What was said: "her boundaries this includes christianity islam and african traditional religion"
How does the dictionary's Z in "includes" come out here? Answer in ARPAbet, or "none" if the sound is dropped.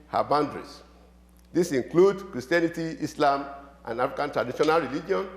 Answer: none